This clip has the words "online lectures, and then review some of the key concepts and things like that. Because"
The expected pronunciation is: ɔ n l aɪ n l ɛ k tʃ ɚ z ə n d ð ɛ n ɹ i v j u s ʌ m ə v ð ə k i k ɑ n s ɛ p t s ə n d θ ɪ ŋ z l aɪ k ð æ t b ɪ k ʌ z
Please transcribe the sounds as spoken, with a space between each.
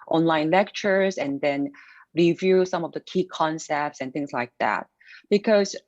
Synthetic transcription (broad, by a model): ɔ n l aɪ n l ɛ k tʃ ɚ z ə n ð ɛ n ɹ i v j u s ʌ m ə v ð ə k i k ɑ n s ɛ p t s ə n θ ɪ ŋ z l aɪ k ð æ t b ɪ k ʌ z